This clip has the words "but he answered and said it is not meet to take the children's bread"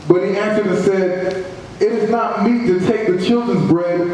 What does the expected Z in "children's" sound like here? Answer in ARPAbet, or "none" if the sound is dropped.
Z